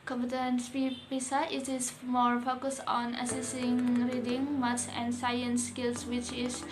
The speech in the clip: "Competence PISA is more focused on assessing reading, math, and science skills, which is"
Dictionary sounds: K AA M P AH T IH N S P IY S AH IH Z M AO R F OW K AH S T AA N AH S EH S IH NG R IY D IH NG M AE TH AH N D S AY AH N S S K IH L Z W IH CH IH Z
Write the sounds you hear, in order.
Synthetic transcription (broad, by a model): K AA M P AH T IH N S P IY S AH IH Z M AO R F OW K AH S T AA N AH S EH S IH NG R IY D IH NG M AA S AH N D S AY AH N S S K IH L S W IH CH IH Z